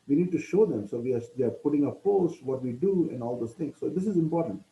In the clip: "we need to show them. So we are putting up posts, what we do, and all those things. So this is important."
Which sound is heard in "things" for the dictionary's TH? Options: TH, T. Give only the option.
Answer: T